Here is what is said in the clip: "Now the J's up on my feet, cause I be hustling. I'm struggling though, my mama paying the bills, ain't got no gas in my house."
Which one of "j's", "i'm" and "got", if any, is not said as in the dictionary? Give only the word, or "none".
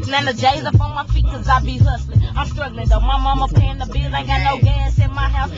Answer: none